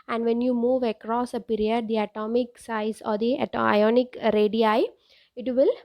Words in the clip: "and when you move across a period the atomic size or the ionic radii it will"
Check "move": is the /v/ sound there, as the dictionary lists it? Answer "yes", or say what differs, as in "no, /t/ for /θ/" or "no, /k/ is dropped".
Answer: yes